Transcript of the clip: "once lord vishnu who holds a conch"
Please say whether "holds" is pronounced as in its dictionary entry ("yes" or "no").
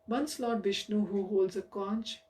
yes